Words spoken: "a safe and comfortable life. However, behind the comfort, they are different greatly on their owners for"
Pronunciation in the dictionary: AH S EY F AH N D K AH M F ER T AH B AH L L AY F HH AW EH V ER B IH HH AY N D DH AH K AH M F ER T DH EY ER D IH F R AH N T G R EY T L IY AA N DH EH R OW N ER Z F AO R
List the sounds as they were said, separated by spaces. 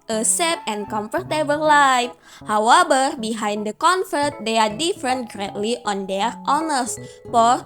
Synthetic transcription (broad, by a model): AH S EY P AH N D K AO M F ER T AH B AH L L AY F HH AW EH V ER B IH HH AY N D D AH K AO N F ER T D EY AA D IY F R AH N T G R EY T L IY AA N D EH R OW N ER S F AO R